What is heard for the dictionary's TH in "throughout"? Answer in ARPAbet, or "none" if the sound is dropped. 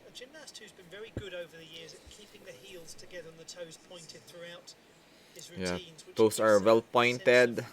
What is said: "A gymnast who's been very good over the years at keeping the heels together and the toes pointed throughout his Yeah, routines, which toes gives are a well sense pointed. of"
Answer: TH